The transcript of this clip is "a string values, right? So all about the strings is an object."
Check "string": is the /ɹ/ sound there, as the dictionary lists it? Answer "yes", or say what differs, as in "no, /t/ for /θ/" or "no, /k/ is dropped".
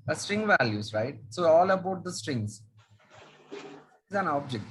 yes